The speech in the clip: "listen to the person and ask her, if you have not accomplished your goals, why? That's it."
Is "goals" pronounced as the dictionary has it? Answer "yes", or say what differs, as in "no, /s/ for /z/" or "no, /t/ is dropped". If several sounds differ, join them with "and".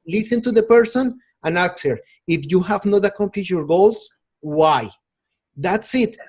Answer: no, /s/ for /z/